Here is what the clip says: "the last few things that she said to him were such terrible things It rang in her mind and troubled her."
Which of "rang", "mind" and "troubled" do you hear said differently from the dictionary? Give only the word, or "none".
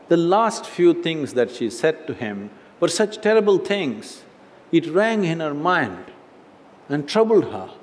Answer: none